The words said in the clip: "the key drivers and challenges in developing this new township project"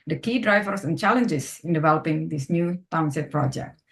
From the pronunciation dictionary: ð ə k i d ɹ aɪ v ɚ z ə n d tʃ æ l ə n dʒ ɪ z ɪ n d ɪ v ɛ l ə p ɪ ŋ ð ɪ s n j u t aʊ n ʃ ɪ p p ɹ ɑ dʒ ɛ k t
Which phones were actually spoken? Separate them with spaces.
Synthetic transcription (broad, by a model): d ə k i d ɹ aɪ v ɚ s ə n tʃ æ l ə n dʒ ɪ s ɪ n d ɪ v ɛ l ə p ɪ ŋ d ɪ s n j u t aʊ n s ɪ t p ɹ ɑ dʒ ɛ k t